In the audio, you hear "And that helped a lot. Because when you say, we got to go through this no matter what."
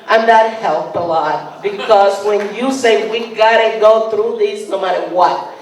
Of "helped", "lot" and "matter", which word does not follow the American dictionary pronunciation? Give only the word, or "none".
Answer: helped